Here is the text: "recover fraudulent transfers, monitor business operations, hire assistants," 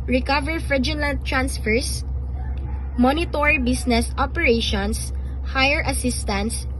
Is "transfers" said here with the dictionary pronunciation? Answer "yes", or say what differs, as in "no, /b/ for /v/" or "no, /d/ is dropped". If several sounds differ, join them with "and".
no, /s/ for /z/